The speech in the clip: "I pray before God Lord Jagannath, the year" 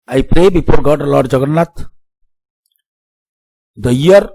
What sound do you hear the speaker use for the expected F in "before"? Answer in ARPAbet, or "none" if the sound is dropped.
P